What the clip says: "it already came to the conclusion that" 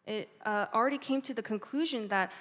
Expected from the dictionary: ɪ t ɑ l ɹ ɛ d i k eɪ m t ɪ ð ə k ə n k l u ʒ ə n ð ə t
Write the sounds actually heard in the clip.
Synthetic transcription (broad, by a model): ɪ t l ɹ ɛ d i k eɪ m t ɪ ð ə k ə n k l u ʒ ə n ð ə t